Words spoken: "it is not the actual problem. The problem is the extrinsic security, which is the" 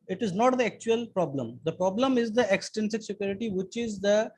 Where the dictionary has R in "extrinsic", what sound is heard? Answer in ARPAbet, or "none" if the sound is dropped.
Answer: none